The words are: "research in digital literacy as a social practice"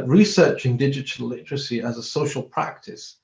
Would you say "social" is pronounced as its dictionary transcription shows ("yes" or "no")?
yes